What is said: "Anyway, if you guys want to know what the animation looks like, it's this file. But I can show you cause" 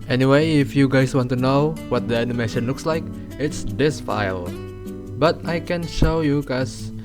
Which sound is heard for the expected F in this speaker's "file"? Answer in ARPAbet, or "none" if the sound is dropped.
F